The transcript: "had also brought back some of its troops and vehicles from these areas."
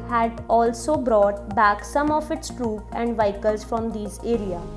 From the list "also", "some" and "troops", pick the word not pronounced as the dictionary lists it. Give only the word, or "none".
troops